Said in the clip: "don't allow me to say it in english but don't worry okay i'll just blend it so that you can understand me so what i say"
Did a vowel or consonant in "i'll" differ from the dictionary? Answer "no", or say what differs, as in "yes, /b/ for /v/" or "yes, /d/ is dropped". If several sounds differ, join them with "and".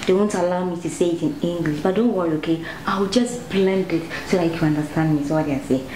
yes, /w/ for /l/